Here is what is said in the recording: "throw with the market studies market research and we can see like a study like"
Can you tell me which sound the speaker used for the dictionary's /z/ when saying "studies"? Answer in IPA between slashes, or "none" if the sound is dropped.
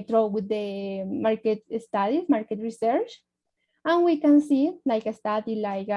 none